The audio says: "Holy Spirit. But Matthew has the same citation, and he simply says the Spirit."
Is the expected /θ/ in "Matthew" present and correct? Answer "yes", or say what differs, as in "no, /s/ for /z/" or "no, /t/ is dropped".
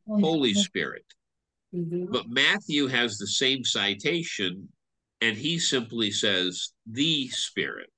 yes